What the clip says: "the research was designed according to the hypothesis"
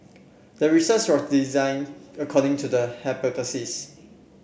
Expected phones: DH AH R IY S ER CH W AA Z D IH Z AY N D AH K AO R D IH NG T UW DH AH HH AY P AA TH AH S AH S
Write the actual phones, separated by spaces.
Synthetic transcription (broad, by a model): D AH R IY S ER S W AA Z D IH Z AY N AH K AO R D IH NG T UW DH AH HH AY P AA T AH S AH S